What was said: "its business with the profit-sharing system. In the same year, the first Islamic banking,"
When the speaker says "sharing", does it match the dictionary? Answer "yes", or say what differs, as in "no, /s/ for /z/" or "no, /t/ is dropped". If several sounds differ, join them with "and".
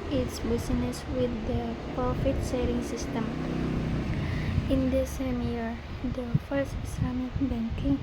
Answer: no, /s/ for /ʃ/